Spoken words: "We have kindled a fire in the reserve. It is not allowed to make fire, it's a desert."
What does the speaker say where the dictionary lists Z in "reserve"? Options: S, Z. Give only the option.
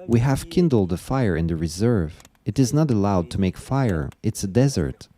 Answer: Z